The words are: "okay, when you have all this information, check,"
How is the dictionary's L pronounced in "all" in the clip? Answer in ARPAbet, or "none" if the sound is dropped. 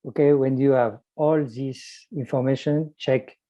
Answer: L